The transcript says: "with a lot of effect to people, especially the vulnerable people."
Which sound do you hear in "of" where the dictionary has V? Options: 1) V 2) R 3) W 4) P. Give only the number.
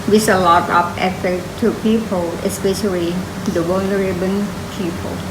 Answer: 4